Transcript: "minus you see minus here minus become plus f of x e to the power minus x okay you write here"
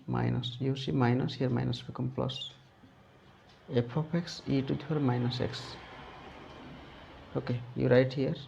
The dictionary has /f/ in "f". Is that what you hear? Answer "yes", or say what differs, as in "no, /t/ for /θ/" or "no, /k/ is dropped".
no, /p/ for /f/